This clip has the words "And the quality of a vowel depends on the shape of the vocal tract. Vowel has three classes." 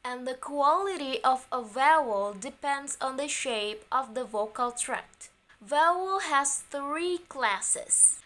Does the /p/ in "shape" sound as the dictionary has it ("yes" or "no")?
yes